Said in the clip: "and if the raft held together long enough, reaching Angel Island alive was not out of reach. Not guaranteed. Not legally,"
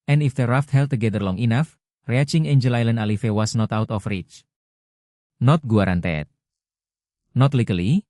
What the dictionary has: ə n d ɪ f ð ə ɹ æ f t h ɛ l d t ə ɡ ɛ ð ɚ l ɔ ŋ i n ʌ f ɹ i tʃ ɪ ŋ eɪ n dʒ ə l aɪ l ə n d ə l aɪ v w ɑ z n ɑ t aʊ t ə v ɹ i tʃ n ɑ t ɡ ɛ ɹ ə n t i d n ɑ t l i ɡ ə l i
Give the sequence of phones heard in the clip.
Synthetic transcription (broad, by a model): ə n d ɪ f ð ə ɹ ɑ f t h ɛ l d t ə ɡ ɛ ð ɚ l ɔ ŋ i n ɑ f ɹ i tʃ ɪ ŋ eɪ n dʒ ə l aɪ l ə n d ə l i f w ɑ s n ɑ t aʊ t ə f ɹ i tʃ n ɑ t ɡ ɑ ɹ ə n t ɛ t n ɑ t l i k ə l i